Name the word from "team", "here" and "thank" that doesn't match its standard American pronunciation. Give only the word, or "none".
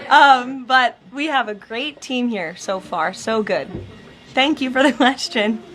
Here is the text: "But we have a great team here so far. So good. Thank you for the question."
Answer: none